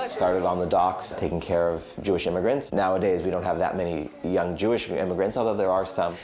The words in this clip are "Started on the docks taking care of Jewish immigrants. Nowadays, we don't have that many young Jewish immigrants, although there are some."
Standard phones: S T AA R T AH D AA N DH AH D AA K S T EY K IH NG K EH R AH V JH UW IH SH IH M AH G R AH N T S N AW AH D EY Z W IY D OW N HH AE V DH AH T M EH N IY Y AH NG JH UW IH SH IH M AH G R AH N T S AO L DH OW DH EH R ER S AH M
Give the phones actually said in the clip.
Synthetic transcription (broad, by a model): S T AA R T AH D N DH AH D AA K S T EY K IH NG K EH R AH V JH UW IH SH IH M AH G R AH N T S N AW AH D EY Z W IY D OW N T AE V DH AH T M EH N IY Y AH NG JH UW IH SH IH M AH G R AH N T S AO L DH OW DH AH R ER S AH M